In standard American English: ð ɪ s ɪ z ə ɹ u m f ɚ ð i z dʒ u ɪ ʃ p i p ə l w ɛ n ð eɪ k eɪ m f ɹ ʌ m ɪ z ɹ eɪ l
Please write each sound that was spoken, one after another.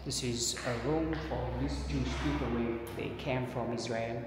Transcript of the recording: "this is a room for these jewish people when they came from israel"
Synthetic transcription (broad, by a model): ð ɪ s ɪ z ə ɹ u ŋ f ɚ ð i s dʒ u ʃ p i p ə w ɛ ð eɪ k eɪ m f ɹ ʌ m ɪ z ɹ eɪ l